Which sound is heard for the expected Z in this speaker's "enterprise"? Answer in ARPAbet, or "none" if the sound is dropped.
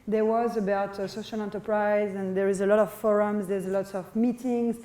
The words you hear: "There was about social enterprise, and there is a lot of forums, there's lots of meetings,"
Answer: Z